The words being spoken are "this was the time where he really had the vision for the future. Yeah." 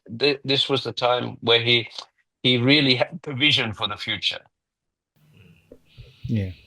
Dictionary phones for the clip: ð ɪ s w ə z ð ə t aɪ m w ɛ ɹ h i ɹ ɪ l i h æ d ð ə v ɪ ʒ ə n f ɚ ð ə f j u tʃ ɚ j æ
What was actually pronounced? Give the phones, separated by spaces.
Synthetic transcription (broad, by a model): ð ɪ s w ə z ð ə t aɪ m w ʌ ɹ h i ɹ ɪ l i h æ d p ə v ɪ ʒ ə n f ɚ ð ə f j u tʃ ɚ j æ